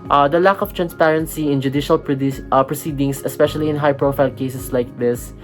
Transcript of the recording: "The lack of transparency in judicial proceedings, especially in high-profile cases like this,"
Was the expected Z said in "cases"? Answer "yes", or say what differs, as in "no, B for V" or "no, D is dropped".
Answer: no, S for Z